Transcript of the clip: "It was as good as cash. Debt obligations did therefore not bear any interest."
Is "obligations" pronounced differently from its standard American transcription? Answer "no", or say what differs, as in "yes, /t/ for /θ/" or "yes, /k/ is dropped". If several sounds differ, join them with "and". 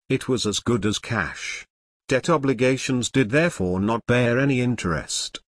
no